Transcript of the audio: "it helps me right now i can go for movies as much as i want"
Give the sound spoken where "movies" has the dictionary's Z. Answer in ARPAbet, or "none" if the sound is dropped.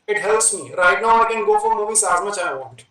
S